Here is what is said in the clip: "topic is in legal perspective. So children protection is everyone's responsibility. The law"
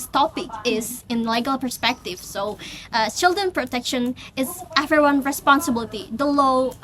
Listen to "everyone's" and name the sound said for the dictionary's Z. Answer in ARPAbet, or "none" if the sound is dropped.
none